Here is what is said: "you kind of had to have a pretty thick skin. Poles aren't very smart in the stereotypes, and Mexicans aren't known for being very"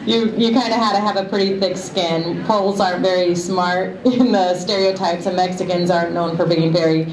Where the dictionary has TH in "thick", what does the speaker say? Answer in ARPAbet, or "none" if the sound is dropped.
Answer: TH